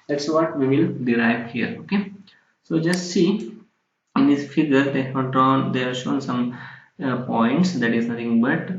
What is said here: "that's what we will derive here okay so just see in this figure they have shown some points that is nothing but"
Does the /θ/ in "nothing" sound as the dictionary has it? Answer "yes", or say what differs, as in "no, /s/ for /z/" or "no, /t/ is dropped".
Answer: no, /t/ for /θ/